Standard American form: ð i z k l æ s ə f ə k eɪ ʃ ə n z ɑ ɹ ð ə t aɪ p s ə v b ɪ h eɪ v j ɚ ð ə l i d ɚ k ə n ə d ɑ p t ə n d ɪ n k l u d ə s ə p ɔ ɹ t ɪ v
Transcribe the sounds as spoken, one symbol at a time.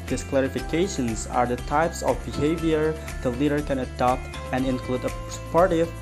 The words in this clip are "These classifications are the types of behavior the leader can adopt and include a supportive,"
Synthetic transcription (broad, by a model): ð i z k l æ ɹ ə f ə k eɪ ʃ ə n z ɑ ɹ ð ə t aɪ p s ə v b ɪ h eɪ v j ɚ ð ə l i d ɚ k ə n ə d ɑ p t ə n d ɪ n k l u d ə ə p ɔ ɹ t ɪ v